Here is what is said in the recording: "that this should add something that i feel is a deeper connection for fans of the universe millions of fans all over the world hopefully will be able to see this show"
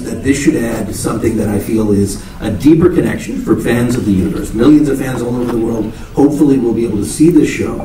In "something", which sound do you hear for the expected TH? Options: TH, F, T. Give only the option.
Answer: TH